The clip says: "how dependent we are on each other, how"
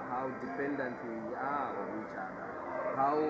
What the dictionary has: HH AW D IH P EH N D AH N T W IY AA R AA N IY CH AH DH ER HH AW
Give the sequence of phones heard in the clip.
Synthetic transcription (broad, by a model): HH AW D IH P EH N D AH N T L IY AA W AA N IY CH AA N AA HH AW